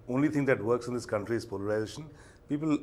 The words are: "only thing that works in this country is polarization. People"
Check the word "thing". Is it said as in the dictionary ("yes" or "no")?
no